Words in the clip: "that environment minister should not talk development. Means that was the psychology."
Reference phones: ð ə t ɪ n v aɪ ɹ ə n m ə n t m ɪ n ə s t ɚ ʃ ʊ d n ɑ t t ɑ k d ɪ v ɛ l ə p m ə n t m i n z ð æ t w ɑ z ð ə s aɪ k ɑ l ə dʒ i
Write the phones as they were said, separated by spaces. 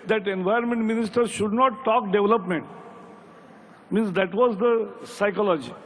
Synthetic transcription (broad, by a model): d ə t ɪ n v aɪ ə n m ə n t m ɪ n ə s t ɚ ʃ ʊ d n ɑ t t ɑ k d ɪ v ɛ l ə p m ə n t m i n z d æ t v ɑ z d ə s aɪ k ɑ l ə dʒ i